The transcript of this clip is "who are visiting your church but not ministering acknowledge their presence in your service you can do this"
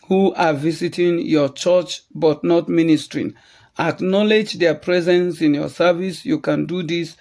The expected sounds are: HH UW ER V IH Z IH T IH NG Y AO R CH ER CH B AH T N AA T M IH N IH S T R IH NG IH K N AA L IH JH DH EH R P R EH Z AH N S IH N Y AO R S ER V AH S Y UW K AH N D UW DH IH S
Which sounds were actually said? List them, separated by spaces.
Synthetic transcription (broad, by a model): HH UW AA V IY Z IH T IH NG Y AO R CH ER CH B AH T N AA T M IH N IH S T R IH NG IH K N AA L IH JH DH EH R P R EH Z AH N S IH N Y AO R S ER V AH S Y UW K AH N D UW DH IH S